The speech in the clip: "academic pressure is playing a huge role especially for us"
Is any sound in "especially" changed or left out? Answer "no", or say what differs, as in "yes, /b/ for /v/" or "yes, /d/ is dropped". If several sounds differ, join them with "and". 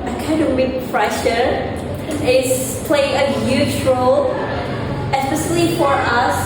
yes, /s/ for /ʃ/